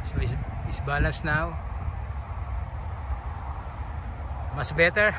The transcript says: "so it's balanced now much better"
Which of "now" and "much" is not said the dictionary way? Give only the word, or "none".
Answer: much